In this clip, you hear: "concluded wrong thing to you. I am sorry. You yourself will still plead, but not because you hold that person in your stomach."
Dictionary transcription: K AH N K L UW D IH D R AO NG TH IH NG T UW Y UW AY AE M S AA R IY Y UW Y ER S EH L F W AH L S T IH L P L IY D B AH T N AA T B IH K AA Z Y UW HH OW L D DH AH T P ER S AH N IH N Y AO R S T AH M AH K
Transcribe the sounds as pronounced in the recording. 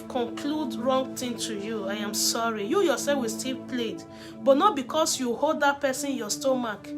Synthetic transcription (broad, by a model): K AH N K L UW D D R AO NG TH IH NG T UW Y UW AY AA M S AA R IY Y UW Y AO S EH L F W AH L S T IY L P L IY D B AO T N AA T B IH K AA S Y UW HH OW L D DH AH T P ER S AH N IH N Y AO S T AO M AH K